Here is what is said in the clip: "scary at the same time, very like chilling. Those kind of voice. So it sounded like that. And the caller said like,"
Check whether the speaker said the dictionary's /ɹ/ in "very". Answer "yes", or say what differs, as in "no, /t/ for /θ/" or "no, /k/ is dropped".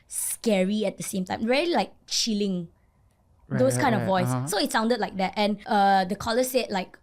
no, /l/ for /ɹ/